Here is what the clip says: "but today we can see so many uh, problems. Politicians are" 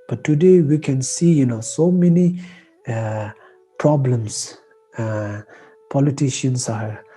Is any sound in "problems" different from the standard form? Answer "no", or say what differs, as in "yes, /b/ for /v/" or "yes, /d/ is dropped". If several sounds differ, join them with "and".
yes, /s/ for /z/